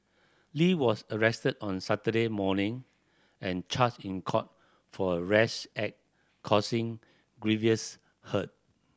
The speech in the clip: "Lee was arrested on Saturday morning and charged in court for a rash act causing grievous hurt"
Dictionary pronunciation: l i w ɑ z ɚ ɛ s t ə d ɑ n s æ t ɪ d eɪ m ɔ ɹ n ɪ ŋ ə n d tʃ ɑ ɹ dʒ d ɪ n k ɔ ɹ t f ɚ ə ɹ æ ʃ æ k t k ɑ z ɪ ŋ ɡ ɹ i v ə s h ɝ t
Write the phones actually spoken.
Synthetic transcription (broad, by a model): l i w ɑ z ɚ ɛ s t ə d ɑ n s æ t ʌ d eɪ m ɔ n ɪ ŋ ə n tʃ ɑ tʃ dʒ ɪ n k ɔ t f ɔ ə ɹ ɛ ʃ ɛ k k ɑ s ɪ ŋ ɡ ɹ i v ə s h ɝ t